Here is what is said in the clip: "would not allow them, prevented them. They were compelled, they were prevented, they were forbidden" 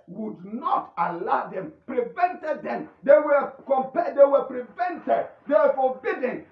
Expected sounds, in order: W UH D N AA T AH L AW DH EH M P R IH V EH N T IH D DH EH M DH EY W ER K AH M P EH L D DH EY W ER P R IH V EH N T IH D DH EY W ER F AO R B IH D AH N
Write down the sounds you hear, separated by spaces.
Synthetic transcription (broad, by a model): W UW D N AA T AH L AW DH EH M P R IH V EH N T IH D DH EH M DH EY W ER K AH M P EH D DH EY W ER P R IH V EH N T IH D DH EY W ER F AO B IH D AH N